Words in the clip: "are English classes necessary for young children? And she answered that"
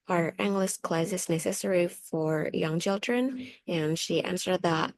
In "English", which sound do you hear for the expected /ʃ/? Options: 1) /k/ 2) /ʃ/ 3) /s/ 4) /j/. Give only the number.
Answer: 3